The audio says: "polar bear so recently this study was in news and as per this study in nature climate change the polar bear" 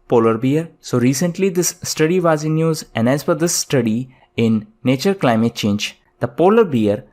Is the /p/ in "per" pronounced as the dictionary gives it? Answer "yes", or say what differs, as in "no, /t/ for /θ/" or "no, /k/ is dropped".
no, /f/ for /p/